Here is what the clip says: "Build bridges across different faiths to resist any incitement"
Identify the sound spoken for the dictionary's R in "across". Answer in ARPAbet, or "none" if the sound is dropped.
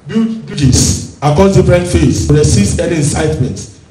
none